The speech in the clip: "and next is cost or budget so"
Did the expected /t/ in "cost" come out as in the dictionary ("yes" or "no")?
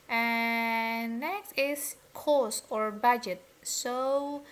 no